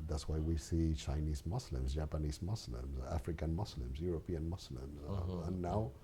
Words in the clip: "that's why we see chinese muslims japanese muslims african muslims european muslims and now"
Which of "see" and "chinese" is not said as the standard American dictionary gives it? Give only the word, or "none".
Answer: none